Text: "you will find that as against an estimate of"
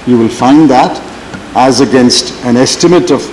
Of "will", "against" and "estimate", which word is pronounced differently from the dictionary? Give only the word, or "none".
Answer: none